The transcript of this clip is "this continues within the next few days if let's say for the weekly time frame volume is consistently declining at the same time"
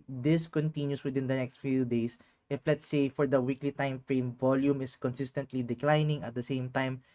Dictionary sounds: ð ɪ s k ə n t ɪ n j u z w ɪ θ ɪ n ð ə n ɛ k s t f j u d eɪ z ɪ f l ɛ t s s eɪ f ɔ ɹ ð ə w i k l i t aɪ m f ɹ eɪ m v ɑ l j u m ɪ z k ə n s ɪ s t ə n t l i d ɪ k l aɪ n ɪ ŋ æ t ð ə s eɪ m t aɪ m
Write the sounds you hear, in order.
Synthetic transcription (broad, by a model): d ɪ s k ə n t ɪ n j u s w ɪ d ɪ n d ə n ɛ k s t f j u d eɪ s ɪ f l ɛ t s s eɪ f ɔ ɹ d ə w i k l i t aɪ m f ɹ eɪ m v ɑ l j u m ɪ s k ə n s ɪ s t ə n t l i d ɪ k l aɪ n ɪ ŋ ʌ t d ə s eɪ m t aɪ m